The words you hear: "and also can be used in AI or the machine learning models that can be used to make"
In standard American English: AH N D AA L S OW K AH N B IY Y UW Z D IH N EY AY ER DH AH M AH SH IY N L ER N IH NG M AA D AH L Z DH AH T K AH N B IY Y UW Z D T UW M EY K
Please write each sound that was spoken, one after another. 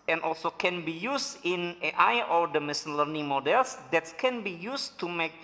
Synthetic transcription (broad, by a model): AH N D AA L S OW K AH N B IY Y UW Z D IH N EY AY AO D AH M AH S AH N L ER N IH NG M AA D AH L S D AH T K AH N B IY Y UW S T UW M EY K